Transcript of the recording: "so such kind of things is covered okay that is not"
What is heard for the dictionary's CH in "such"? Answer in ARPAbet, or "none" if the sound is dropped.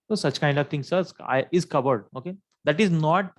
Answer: CH